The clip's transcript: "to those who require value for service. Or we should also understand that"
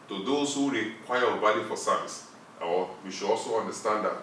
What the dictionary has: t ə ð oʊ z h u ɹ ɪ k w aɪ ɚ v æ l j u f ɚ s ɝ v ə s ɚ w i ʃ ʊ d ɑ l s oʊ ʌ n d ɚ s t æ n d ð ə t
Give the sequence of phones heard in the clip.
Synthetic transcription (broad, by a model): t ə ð oʊ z h u ɹ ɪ k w aɪ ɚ b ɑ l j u f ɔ s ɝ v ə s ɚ w i ʃ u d ɑ l s oʊ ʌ n d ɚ s t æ n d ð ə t